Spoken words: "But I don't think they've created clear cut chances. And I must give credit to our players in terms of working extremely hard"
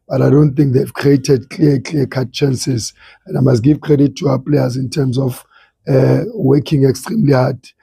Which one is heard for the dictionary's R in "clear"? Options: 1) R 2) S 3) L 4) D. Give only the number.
3